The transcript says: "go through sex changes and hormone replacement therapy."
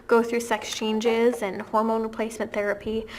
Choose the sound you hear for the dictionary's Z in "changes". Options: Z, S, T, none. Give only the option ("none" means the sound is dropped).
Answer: Z